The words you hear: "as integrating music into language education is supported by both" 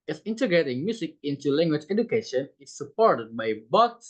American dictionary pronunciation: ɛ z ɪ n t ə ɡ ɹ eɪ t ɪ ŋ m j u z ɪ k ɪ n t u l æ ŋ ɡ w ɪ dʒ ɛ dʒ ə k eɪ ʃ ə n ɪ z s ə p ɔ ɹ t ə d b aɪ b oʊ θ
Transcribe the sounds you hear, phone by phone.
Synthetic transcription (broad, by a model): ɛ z ɪ n t ə ɡ ɹ eɪ t ɪ ŋ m j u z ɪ k ɪ n t u l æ ŋ ɡ w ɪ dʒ ɛ dʒ ə k eɪ ʃ ə n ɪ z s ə p ɔ ɹ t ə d b aɪ b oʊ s